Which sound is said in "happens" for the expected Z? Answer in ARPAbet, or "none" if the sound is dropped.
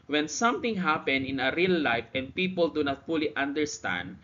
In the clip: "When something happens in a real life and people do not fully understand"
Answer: none